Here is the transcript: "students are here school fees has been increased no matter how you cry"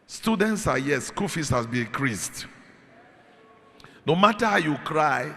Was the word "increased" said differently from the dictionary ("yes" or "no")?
yes